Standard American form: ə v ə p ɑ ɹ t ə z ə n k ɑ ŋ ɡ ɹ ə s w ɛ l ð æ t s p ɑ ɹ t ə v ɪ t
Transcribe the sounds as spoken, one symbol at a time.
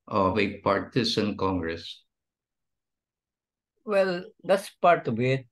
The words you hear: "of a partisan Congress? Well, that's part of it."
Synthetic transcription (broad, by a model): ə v ə p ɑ ɹ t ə s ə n k ɑ ŋ ɡ ɹ ə s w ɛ l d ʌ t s p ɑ ɹ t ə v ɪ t